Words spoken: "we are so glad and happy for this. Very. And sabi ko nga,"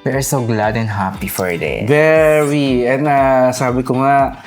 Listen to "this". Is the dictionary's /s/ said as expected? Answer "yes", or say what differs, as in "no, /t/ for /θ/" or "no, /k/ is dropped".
no, /s/ is dropped